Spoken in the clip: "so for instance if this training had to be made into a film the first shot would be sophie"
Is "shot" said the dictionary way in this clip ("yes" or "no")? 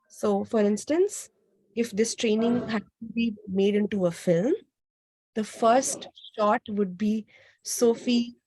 yes